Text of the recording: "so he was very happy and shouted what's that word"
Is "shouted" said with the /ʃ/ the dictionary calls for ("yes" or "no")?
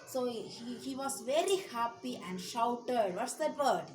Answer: yes